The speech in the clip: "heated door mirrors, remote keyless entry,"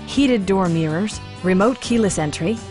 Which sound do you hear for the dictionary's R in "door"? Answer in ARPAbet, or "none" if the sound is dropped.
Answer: R